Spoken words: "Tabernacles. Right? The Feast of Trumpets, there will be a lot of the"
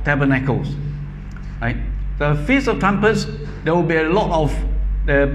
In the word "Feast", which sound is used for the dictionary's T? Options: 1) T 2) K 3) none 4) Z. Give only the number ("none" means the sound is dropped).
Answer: 3